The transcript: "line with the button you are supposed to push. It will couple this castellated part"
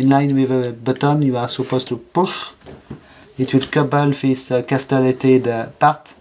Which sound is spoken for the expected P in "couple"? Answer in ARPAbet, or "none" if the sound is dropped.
B